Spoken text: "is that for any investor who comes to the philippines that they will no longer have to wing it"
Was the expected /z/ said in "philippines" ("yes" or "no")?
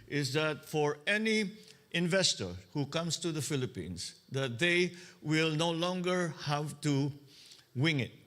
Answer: no